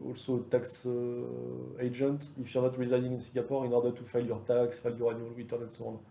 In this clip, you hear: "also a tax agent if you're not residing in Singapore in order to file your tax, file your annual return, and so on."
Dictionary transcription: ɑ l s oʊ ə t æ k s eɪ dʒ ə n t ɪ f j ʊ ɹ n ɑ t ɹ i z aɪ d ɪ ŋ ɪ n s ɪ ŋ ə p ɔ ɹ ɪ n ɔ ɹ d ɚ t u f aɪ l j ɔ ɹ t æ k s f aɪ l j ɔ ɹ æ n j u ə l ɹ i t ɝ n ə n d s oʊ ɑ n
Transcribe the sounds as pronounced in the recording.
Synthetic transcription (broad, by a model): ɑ l s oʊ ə t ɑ k s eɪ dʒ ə n t ɪ f j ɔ ɹ n ɑ t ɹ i z aɪ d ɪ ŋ ɪ n s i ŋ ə p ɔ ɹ ɪ n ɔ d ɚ t u f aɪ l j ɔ ɹ t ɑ k s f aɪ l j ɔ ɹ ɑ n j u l w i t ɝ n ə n s oʊ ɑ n